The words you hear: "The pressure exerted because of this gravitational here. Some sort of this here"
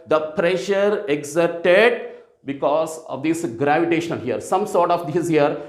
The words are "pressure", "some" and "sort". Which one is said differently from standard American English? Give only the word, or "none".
none